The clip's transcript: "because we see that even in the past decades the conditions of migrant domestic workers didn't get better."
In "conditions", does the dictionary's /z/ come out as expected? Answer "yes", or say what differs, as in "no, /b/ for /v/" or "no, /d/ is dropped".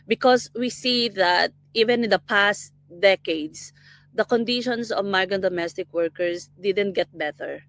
no, /s/ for /z/